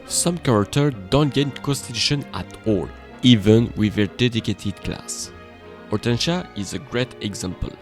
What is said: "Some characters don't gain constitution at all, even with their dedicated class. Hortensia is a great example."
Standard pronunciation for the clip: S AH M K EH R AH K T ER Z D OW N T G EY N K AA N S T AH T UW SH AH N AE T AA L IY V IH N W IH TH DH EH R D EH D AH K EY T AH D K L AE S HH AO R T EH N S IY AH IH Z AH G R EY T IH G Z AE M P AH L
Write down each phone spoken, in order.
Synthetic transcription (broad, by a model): S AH M K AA R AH K T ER D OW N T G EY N K AA N S T AH T UW SH AH N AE T AA L IY V IH N W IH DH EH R D EH D AH K EY T AH D K L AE S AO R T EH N SH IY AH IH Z AH G R EY T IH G Z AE M P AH L